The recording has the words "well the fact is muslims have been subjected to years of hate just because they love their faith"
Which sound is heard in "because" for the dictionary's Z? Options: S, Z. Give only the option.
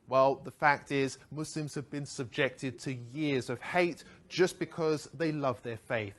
Z